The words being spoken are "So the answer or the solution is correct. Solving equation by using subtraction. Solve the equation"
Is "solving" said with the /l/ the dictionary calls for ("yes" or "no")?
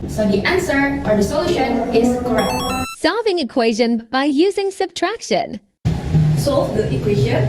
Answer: no